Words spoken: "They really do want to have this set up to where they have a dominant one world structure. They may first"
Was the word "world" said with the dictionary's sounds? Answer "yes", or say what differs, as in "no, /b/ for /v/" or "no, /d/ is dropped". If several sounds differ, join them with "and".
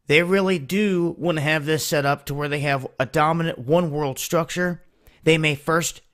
yes